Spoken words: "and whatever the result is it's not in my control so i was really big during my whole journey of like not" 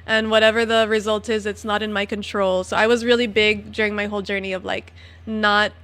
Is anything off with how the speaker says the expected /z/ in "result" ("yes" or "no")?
no